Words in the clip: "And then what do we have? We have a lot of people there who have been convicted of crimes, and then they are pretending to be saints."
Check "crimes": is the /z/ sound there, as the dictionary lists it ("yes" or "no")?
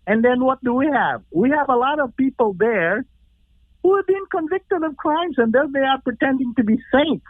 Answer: yes